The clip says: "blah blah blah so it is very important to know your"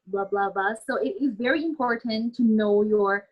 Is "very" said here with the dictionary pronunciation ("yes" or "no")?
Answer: yes